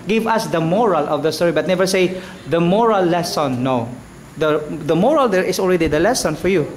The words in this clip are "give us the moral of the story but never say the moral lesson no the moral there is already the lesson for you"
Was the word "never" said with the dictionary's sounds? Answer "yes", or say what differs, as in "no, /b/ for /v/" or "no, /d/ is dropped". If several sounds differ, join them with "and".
yes